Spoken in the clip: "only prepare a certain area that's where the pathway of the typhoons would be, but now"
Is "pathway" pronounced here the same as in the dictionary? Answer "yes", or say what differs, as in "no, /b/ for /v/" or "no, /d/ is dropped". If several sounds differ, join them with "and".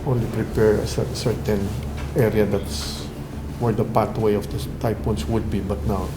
no, /t/ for /θ/